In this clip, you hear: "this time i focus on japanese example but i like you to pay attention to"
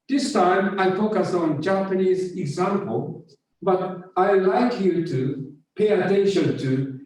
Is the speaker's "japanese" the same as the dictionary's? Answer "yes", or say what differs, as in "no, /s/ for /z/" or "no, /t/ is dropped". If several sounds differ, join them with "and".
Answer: yes